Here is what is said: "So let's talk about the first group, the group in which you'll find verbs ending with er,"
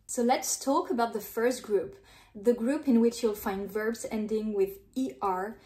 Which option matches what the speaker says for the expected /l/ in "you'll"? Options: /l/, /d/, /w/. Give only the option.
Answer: /l/